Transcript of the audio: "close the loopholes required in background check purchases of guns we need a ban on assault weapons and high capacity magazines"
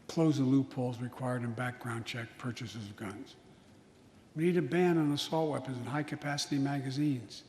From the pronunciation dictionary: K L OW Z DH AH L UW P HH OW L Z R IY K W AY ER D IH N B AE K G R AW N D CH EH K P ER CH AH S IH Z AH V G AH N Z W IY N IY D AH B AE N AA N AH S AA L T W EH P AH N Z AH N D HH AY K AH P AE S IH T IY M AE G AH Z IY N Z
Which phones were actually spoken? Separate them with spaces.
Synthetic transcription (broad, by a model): K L OW Z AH L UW P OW L Z R IY K W AY ER D IH N B AE K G R AW N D CH EH K P ER CH AH S IH Z AH V G AH N Z W IY N IY D AH B AE N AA N AH S AA L T W EH P AH N Z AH N HH AY K AH P AE S IH T IY M AE G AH Z IY N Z